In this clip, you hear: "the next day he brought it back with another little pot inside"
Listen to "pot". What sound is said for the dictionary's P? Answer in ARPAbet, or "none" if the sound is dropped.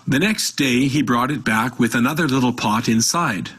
P